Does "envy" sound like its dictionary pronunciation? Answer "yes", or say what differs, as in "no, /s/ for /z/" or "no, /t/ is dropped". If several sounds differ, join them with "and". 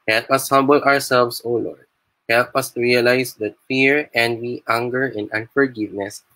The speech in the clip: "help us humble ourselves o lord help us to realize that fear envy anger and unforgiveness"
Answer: no, /w/ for /v/